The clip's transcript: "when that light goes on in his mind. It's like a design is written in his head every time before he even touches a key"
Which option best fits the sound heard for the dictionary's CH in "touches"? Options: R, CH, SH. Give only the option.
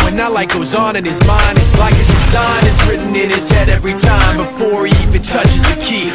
CH